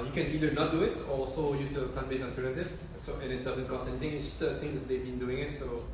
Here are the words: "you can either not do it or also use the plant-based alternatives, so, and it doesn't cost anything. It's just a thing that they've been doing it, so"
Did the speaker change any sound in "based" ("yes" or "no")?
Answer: yes